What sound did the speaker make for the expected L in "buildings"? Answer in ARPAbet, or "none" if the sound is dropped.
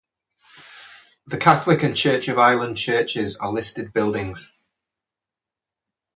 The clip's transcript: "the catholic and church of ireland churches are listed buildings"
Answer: L